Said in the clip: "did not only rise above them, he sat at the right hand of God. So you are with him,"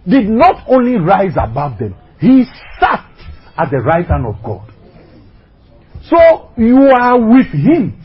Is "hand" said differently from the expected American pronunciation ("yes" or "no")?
yes